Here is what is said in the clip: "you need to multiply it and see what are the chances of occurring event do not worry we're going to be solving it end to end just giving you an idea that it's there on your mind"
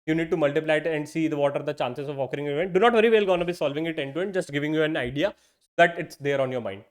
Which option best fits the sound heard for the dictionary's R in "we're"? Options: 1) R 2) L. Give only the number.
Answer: 2